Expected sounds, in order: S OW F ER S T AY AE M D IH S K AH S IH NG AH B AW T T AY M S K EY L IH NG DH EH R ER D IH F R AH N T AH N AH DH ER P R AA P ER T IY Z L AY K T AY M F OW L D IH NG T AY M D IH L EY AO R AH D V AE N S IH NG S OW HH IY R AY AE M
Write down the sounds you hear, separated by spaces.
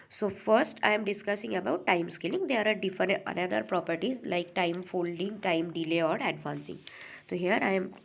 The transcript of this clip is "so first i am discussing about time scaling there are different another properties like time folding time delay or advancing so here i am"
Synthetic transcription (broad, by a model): S OW F ER S T AY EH M D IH S K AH S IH NG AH B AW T T AY M S K EY L IH NG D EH R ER D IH F AH T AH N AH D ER P R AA P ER T IY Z L AY K T AY M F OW L D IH NG T AY M D IH L EY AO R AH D V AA N S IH NG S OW HH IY R AY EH M